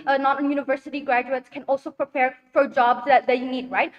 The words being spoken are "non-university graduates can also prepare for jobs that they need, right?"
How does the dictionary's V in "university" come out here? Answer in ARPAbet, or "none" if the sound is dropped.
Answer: V